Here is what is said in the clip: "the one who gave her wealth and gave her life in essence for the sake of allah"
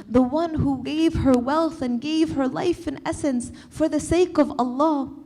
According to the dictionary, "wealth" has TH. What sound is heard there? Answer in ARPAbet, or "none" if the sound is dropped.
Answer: TH